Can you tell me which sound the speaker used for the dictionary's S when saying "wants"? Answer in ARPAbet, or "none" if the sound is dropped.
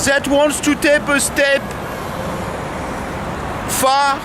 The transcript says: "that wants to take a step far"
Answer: S